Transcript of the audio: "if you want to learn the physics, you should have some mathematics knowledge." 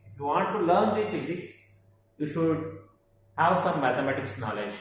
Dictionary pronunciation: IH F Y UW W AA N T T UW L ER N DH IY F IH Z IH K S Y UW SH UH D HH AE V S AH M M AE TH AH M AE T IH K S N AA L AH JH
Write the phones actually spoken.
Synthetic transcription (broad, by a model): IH F Y UW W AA N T T UW L ER N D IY F IH Z IH K S Y UW SH UH D HH AE V S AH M M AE T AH M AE T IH K S N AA L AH JH